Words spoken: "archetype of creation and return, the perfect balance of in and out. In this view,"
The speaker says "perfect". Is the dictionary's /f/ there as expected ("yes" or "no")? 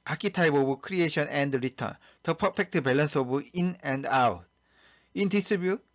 no